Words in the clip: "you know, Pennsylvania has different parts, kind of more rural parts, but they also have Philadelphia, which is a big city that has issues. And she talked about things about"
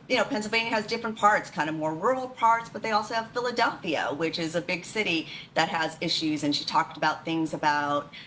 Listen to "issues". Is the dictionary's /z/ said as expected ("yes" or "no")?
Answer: yes